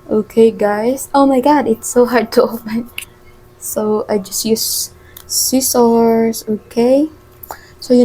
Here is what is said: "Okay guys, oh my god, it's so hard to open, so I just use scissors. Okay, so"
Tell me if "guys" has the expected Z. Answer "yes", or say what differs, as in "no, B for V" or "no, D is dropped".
no, S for Z